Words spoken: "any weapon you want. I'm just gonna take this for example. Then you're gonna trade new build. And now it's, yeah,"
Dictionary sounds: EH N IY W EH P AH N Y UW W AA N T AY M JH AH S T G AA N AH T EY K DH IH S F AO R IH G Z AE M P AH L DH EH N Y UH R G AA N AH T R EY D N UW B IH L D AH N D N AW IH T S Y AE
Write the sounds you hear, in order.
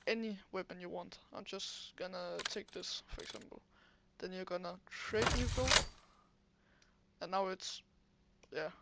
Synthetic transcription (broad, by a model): EH N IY W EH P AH N Y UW W AA N T AY M JH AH S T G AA N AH T EY K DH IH S F AO R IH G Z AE M P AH L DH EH N Y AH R G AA N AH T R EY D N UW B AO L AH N N AW IH T S Y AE